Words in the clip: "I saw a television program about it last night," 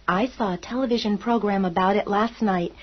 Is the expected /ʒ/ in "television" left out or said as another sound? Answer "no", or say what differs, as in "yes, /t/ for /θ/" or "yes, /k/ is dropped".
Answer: no